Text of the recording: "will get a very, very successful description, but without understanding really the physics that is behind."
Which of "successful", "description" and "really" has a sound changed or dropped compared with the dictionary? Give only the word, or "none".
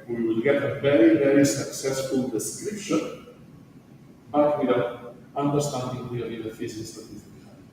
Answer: really